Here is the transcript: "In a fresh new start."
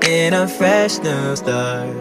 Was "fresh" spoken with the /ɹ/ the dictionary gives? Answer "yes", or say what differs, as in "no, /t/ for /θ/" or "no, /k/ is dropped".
yes